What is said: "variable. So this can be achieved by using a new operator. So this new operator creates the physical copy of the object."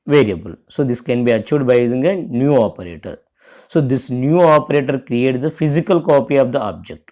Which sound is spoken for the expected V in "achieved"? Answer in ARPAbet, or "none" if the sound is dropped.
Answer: none